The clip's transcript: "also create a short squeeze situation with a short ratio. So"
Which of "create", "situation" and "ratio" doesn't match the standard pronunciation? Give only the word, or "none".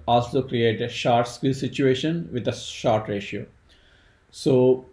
none